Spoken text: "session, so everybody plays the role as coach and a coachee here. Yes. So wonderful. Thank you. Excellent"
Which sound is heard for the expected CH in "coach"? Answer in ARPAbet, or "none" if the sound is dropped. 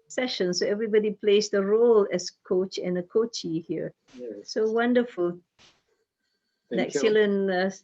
CH